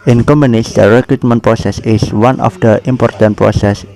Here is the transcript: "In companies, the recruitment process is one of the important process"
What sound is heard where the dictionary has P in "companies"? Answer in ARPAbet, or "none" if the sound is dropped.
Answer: none